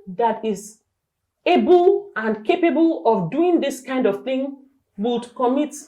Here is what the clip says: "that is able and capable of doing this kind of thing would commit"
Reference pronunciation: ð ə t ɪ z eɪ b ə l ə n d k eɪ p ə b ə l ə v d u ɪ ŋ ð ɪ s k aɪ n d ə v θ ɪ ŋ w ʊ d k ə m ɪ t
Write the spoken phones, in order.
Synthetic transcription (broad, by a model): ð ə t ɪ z eɪ b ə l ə n k eɪ p ə b ə l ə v d u ɪ ŋ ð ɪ s k aɪ n d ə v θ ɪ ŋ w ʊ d k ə m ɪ t